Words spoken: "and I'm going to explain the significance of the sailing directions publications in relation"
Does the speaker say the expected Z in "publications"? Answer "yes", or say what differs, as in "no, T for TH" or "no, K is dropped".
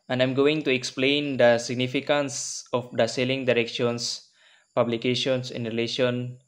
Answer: no, S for Z